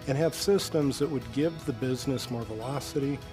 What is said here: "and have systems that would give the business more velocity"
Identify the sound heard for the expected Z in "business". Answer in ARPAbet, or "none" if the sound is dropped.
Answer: Z